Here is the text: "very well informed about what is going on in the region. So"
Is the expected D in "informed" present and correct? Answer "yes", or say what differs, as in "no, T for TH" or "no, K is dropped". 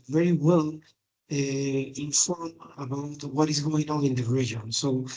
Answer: no, D is dropped